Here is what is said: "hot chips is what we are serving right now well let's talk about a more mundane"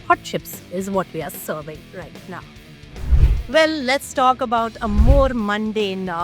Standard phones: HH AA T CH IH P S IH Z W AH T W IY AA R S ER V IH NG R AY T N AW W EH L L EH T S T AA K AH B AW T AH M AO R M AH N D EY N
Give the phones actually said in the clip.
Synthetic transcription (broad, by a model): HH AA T SH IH P S IH Z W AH T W IY AA R S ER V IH NG R AY T N AW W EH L L EH T S T AA K AH B AW T AH M AO R M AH N D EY N